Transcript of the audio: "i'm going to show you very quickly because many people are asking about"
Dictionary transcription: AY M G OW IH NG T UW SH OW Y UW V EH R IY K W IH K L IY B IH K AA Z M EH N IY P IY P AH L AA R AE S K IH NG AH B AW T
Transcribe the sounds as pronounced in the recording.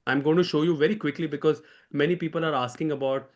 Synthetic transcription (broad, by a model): AY M G OW IH NG T UW SH OW Y UW V EH R IY K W IH K L IY B IH K AA Z M EH N IY P IY P AH L AA R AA S K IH NG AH B AW T